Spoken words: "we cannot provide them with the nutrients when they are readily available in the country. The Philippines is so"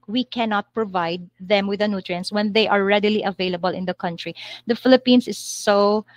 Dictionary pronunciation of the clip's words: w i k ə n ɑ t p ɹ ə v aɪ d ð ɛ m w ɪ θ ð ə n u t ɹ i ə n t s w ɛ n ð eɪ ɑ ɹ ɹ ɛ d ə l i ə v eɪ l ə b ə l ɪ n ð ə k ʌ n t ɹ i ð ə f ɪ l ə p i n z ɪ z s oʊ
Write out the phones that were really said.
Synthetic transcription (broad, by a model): w i k ə n ɑ t p ɹ ə v aɪ d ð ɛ m w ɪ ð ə n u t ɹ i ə n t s w ɛ n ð eɪ ɑ ɹ ɹ ɛ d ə l i ə v eɪ l ə b ə l ɪ n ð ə k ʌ n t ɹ i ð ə f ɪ l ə p i n s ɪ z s oʊ